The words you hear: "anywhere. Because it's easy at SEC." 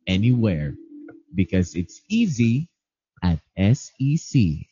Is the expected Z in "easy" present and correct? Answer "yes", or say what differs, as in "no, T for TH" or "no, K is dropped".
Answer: yes